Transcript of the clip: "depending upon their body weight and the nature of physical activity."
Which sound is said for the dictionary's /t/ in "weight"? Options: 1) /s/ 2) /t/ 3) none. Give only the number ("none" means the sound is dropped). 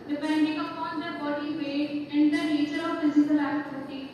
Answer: 3